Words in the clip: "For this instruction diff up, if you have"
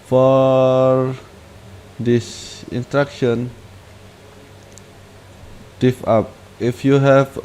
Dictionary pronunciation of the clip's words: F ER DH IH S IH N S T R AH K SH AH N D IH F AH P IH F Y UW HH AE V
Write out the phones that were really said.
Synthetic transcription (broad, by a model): F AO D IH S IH N T R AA K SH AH N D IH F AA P IH F Y UW HH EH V